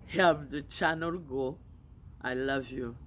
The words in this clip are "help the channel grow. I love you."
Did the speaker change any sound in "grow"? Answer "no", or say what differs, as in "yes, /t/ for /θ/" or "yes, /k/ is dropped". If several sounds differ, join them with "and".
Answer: yes, /ɹ/ is dropped